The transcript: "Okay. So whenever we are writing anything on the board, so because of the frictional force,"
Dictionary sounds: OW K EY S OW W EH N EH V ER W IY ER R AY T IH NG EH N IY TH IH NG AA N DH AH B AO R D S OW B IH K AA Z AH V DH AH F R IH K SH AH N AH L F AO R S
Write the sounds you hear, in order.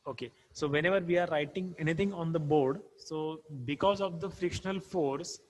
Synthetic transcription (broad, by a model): OW K EY S OW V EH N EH V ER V IY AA R AY T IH NG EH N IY T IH NG AA N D AH B AO R D S OW B IH K AA Z AH V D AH F R IH K SH AH N AH L F AO R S